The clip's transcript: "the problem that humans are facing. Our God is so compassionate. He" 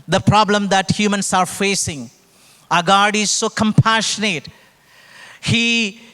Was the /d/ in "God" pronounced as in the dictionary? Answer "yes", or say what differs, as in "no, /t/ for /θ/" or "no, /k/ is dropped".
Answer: yes